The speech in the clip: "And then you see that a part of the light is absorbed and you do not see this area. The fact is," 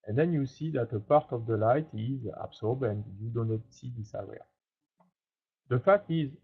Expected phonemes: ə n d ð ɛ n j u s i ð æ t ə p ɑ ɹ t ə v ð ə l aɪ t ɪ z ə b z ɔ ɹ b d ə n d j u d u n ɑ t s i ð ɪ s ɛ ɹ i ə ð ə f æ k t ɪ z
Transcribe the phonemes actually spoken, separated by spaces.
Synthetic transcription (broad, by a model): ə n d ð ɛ n j u s i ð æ t ə p ɑ ɹ t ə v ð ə l aɪ t ɪ z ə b s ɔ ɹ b ə n d j u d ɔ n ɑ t s i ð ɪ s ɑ w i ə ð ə f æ k t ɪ z